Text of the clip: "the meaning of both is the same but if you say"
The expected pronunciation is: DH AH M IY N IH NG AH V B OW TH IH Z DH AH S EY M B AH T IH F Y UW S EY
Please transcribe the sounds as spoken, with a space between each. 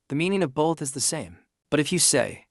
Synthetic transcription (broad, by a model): DH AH M IY N IH NG AH V B OW TH IH Z DH AH S EY M B AH T IH F Y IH S EY